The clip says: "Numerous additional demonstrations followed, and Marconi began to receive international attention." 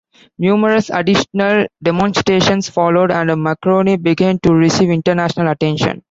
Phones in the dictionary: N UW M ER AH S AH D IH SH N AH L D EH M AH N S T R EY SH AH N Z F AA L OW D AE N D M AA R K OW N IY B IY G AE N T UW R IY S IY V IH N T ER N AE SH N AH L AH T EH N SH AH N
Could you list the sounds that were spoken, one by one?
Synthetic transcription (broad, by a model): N UW M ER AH S AH D IH SH N AH L D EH M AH N S T R EY SH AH N S F AA L OW D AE N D M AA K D OW N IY B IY G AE N T UW R IY S IY V IH N T ER N AE SH N AH L AH T EH N SH AH N